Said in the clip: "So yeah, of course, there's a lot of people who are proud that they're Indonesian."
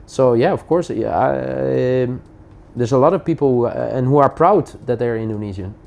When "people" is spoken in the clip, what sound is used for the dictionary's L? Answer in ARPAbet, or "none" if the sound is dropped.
N